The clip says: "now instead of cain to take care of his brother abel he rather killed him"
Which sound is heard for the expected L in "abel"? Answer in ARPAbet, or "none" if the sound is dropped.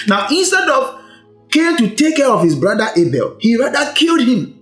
L